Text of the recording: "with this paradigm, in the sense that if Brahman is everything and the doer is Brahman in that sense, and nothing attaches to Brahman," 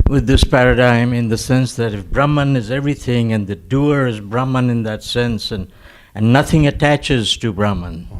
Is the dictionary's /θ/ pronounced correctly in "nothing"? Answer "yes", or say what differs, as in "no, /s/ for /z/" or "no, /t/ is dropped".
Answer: yes